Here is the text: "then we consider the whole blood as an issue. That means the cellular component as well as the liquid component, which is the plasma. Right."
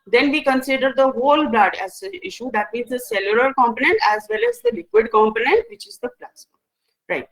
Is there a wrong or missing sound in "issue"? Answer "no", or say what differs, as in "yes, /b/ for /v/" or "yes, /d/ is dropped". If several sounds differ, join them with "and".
no